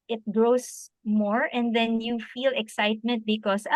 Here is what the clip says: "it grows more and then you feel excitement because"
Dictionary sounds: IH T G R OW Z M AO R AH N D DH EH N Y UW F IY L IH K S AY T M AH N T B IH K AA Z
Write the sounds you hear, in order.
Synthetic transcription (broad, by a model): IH T G R OW S M AO R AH N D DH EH N Y UW F IY L IH K S AY T M AH N T B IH K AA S